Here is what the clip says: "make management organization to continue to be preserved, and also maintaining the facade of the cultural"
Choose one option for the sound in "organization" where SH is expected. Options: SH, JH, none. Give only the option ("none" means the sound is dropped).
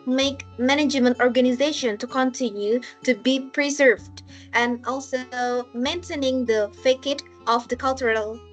SH